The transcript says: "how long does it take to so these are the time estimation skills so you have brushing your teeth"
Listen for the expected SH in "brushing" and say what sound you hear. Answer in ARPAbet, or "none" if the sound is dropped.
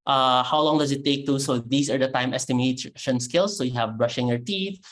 SH